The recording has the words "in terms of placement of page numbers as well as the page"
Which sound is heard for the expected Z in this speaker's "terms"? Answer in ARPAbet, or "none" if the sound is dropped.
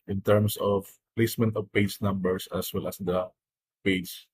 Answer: S